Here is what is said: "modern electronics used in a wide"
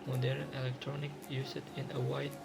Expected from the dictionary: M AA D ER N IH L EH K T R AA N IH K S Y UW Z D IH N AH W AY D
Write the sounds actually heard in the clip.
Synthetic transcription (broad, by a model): M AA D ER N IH L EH K T R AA N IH K Y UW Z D IH N AH W AY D